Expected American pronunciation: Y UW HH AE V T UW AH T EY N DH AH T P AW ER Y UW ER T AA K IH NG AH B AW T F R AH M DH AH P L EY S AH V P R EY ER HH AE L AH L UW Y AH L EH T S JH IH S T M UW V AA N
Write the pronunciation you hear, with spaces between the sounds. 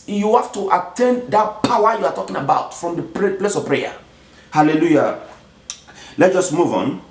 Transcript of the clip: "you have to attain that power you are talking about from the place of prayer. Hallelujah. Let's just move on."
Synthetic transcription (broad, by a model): Y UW HH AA F T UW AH T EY N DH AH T P AW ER Y UW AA T AA K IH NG AH B AW T F R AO M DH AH P L EY S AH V P R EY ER HH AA L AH L UW Y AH L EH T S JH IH S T M UW V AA N